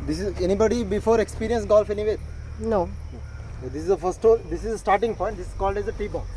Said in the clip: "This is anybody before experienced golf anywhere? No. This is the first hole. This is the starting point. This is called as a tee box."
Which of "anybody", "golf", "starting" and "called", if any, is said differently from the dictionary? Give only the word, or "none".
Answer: none